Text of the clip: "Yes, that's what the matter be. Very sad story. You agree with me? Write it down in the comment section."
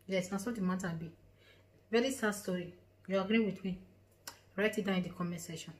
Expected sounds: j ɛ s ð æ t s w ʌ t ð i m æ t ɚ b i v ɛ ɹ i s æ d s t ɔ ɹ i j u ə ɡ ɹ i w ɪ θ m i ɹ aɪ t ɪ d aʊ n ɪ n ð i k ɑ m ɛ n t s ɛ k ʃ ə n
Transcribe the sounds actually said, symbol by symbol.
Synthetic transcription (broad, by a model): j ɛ s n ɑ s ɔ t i m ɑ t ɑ b i v ɛ ɹ i s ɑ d s t ɔ ɹ i j u ə ɡ ɹ i w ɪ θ m i ɹ aɪ t ɪ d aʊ ɪ n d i k ɑ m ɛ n s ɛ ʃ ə n